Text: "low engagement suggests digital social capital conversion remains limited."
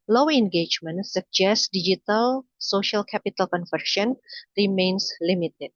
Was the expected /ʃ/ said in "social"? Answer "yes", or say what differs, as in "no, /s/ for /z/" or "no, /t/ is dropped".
yes